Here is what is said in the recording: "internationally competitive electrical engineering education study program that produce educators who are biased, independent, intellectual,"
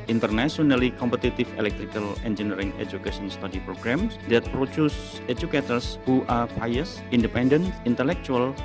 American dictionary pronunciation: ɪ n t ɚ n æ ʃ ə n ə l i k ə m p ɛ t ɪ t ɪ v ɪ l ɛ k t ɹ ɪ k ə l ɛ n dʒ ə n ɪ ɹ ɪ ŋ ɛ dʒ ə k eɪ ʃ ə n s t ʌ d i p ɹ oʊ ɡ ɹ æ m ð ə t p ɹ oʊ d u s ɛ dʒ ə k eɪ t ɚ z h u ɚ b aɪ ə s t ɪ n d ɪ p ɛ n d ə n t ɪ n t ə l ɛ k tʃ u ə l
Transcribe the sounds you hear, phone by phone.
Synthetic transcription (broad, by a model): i n t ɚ n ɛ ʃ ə n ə l i k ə m p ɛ t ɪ t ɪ f ɪ l ɛ k t ɹ ɪ k ə l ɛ n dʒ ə n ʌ ɹ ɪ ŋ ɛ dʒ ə k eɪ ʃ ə n s t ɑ d i p ɹ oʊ ɡ ɹ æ m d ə t p ɹ oʊ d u s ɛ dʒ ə k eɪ t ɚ s h u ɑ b aɪ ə s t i n d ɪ p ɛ n d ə n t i n t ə l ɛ k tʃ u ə l